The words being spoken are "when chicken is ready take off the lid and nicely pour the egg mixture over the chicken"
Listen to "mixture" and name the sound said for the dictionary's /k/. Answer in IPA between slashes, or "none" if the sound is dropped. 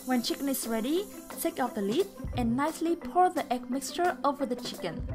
/k/